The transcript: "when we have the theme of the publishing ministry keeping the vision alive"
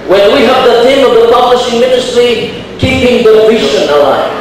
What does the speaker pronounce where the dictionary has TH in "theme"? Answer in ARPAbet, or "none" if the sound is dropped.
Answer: T